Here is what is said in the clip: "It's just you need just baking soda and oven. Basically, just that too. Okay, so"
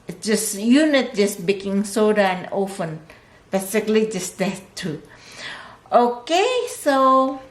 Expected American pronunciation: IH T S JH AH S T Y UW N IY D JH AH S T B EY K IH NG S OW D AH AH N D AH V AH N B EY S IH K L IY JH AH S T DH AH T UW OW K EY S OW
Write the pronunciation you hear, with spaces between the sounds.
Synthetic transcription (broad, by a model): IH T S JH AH S Y UW N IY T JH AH S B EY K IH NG S OW D AH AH N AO F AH N B EY S IH K L IY JH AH S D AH T UW OW K EY S OW